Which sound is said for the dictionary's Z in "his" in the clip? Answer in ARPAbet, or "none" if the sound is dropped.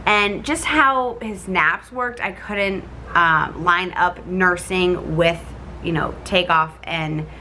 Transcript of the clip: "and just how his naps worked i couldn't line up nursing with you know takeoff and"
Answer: Z